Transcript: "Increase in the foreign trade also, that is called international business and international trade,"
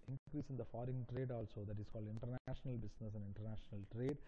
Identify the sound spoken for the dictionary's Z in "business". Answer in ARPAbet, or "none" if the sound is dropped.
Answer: S